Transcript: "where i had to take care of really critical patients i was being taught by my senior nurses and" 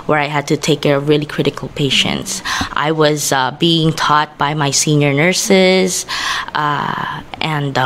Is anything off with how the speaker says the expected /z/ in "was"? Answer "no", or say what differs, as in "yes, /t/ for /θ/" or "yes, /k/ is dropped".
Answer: no